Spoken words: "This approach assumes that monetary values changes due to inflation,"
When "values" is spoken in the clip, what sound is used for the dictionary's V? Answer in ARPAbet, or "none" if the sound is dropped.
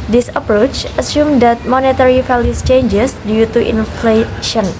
F